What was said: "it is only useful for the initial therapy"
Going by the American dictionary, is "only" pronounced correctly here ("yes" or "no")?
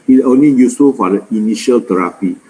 no